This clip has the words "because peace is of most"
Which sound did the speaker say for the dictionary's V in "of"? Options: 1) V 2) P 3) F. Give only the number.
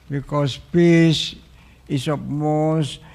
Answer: 2